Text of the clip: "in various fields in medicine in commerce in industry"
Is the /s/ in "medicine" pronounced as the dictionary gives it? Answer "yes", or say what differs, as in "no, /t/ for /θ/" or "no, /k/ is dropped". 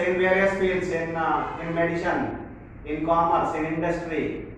no, /ʃ/ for /s/